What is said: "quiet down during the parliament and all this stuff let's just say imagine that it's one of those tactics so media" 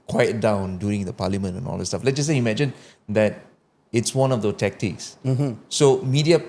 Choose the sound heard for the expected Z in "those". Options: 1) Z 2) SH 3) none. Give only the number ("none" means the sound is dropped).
3